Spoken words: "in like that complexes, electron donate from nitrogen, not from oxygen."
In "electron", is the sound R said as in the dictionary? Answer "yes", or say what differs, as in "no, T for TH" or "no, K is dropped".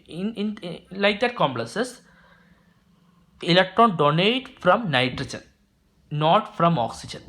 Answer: yes